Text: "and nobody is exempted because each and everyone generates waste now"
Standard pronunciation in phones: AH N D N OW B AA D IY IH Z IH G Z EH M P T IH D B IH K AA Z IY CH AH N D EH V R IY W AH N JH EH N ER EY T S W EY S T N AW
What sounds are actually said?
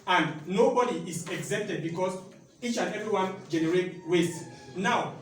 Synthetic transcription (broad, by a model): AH N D N OW B AA D IY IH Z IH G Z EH P T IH D B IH K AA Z IY CH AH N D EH V R IY W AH N JH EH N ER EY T W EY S N AW